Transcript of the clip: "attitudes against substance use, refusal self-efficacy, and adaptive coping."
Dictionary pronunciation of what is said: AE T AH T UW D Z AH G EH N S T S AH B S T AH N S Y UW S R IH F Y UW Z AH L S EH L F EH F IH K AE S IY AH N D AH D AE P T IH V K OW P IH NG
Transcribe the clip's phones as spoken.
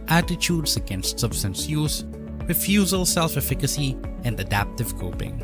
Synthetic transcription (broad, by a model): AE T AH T UW D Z AH G EH N S T S AH B S T AH N S Y UW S R IH F Y UW Z AH L S EH L F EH F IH K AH S IY AH N D AH D AE P T IH V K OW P IH NG